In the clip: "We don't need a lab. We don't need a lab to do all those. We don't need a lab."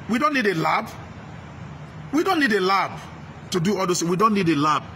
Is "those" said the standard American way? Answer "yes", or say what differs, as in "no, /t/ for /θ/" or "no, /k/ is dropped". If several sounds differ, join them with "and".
no, /s/ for /z/